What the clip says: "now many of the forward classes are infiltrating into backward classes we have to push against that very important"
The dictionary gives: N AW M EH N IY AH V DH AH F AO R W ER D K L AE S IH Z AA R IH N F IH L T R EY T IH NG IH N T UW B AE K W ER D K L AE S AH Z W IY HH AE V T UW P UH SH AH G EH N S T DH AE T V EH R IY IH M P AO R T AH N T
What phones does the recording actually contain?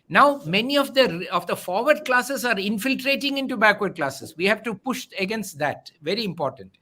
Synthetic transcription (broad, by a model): N AW M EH N IY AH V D AH F AO R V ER D K L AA S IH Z AA R IH N F IH L T R EY T IH NG IH N T UW B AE K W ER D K L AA S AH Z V IY HH AE V T UW P UH SH AH G EH N S T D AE T V EH R IY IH M P AO R T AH N T